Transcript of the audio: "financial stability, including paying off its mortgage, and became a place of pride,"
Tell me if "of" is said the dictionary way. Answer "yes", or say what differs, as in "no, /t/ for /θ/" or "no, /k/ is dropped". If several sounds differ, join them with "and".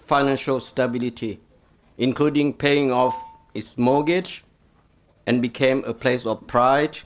no, /f/ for /v/